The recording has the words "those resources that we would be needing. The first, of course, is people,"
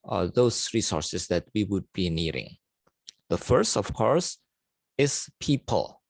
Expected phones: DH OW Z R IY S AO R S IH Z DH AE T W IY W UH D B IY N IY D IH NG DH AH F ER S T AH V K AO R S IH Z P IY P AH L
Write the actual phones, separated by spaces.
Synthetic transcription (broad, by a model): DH OW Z R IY S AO R S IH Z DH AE T W IY W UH D B IY N IY D IH NG DH AH F ER S T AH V K AO R S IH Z P IY P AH L